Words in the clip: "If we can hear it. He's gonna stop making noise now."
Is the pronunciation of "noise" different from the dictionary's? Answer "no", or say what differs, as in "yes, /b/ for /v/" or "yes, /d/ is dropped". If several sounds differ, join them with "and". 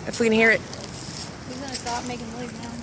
yes, /l/ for /n/